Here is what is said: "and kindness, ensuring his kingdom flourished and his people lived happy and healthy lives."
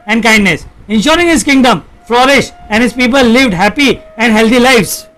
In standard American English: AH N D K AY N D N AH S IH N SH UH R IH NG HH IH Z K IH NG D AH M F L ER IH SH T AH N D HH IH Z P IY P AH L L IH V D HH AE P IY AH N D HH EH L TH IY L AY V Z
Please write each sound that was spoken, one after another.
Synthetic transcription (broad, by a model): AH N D K AY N D N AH S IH N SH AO R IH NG HH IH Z K IH NG D AH M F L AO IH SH AH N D HH IH Z P IY P AH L L IH V D HH AE P IY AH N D HH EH L T IY L AY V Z